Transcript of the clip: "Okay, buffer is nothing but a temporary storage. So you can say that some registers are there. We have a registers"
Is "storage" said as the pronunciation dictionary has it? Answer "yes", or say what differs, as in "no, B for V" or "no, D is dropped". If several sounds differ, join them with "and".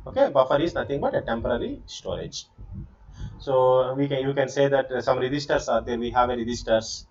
yes